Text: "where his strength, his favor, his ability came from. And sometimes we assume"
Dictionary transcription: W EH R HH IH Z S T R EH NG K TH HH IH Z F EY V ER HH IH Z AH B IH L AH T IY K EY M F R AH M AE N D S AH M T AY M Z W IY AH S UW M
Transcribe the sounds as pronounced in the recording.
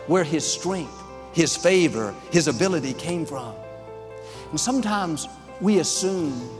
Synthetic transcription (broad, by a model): W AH R IH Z S T R EH NG K TH HH IH Z F EY V ER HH IH Z AH B IH L AH T IY K EY M F R AH M N S AH M T AY M Z W IY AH S UW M